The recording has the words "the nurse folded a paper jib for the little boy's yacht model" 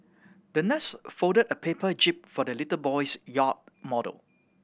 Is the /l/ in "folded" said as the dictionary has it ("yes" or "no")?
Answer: no